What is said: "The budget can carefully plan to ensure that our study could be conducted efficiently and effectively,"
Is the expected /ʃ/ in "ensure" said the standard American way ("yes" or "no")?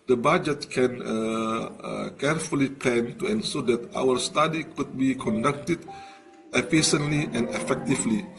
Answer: no